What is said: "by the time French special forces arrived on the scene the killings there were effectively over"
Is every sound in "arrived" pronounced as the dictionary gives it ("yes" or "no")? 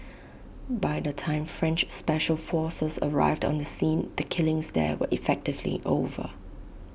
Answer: yes